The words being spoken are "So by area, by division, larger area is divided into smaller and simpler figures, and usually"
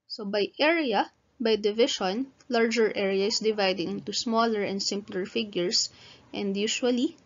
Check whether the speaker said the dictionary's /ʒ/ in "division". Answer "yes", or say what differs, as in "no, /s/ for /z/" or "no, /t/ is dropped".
no, /ʃ/ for /ʒ/